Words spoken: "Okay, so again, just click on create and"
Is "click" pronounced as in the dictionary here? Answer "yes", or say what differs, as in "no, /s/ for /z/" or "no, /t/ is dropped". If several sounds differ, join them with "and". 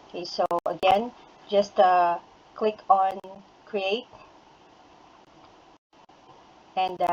yes